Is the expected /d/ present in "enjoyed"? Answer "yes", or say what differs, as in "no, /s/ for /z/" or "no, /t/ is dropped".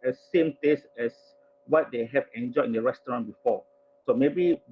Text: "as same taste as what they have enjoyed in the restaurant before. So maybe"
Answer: no, /d/ is dropped